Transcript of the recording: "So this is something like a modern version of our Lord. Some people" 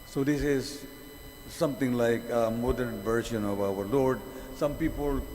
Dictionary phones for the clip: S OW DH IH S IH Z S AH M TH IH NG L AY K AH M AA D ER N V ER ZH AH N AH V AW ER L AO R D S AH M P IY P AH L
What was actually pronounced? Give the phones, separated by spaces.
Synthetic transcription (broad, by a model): S OW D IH S IH Z S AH M T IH NG L AY K AH M AA D ER N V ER SH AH N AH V AW ER L AO R D S AH M P IY P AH L